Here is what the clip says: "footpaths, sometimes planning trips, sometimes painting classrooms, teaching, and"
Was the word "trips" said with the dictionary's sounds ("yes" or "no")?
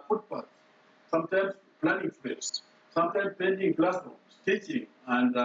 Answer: no